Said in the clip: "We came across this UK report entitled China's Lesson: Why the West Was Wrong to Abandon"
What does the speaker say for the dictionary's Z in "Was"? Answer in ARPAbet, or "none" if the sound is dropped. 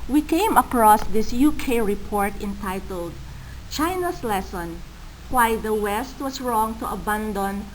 S